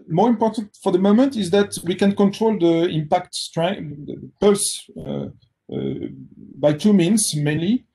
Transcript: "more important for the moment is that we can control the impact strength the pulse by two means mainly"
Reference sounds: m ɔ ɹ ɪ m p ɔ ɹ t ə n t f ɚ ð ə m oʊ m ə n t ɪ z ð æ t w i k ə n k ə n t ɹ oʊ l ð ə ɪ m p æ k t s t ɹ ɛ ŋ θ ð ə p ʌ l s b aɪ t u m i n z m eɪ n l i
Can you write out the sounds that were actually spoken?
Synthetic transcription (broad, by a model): m ɔ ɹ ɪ m p ɔ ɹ t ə n t f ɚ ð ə m oʊ m ə n t ɪ z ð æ t w i k ə n k ə n t ɹ oʊ l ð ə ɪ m p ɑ k t s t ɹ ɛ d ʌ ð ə p ʌ l s b aɪ t u m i n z m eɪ n l i